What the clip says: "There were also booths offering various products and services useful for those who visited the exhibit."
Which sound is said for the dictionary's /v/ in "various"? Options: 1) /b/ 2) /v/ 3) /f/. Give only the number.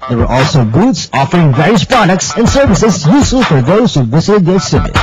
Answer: 2